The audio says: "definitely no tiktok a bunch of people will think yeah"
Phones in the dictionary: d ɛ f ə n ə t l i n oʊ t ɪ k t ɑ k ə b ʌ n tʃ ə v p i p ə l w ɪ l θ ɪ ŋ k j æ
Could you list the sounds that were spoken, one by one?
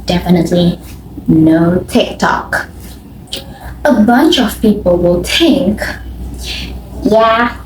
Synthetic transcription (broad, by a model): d ɛ f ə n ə t l i n oʊ t ɪ k t ɑ k ə b ʌ n tʃ ə v p i p ə l w ɪ l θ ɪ ŋ k j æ